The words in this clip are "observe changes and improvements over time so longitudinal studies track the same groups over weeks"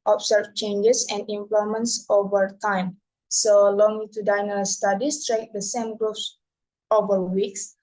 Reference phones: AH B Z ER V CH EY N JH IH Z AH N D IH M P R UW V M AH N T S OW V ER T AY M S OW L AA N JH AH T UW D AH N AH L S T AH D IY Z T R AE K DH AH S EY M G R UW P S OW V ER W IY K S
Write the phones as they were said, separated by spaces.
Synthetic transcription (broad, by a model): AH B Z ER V CH EY N JH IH S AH N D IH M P L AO M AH N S OW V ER T AY M S OW L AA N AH T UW D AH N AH S T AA D IY S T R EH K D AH S EY M G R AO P S OW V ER W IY K S